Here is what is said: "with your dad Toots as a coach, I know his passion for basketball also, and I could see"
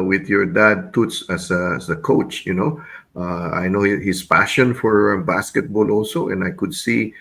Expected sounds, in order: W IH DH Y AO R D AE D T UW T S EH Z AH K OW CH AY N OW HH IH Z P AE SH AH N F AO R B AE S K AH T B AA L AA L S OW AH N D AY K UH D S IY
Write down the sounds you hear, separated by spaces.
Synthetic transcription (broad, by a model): W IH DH Y AO R D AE D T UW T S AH S AH K OW CH AY N OW HH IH S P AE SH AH N F AO R B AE S K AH T B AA L AA L S OW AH N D AY K UH D S IY